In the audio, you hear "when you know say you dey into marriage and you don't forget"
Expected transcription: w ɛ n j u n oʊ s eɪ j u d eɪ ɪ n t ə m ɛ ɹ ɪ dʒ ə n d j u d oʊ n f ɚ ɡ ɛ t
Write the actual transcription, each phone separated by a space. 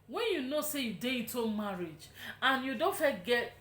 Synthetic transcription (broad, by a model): w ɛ n j u n oʊ s eɪ j u d eɪ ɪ t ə m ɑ ɹ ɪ dʒ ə n j u d oʊ n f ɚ ɡ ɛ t